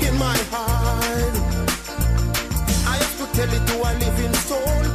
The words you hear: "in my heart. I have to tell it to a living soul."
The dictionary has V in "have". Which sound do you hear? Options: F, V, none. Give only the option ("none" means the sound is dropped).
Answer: F